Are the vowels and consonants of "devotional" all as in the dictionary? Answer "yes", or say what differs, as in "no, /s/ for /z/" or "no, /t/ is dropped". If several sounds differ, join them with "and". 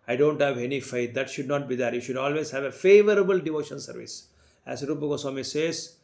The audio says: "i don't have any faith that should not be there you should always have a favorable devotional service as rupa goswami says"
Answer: no, /n/ is dropped and /n/ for /l/